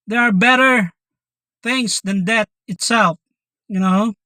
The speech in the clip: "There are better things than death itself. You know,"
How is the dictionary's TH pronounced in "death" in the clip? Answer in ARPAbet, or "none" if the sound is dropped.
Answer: T